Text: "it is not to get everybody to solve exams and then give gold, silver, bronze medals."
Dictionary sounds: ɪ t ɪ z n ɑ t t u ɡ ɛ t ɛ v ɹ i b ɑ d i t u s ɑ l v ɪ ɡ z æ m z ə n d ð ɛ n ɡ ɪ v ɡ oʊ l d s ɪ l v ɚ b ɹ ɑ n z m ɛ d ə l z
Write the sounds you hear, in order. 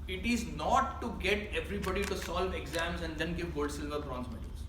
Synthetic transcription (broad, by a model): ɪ t ɪ z n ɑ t t u ɡ ɛ t ɛ v ɹ i b ɑ d i t u s ɑ l v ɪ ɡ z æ m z ə n d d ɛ n ɡ ɪ v ɡ oʊ l d s ɪ l v ɚ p ɹ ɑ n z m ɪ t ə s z